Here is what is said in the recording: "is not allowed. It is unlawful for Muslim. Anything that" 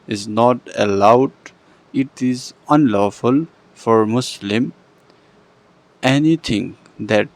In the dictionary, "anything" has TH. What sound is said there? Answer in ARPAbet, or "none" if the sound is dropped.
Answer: T